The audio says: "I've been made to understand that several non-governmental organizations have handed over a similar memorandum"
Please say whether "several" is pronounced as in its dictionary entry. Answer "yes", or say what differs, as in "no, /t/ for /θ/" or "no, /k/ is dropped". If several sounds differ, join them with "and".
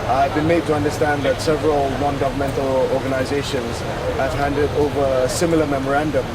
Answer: yes